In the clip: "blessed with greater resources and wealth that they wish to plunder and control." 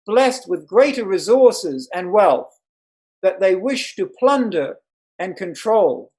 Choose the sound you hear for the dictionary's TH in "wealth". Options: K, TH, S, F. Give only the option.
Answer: TH